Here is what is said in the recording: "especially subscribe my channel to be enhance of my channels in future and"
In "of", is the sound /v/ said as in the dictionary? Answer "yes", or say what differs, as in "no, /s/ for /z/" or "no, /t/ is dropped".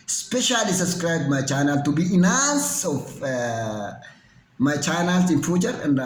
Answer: no, /f/ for /v/